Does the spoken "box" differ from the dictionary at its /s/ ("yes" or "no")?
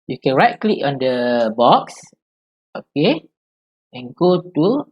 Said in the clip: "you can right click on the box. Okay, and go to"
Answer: no